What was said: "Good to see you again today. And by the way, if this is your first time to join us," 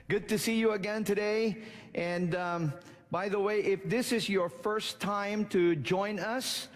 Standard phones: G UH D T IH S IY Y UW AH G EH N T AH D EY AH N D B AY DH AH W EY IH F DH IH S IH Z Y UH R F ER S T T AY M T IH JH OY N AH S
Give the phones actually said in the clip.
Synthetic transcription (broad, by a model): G UH D T IH S IY Y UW AH G EH N T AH D EY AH N B AY DH AH W EY IH F DH IH S IH Z Y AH R F ER S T T AY M T IH JH OY N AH S